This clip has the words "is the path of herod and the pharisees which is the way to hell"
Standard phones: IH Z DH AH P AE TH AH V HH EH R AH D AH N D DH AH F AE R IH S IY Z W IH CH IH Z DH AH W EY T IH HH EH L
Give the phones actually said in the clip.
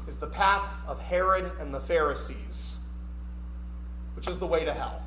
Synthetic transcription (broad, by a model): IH Z DH AH P AE TH AH V HH EH R AH D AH N DH AH F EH R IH S IY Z W IH CH IH Z DH AH W EY T IH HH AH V